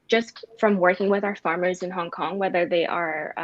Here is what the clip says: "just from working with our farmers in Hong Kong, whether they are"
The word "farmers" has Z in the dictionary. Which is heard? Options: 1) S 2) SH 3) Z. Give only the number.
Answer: 3